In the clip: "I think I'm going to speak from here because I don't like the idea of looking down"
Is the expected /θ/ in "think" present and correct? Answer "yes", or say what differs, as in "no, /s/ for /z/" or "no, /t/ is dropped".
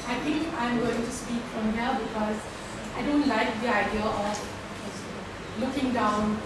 no, /t/ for /θ/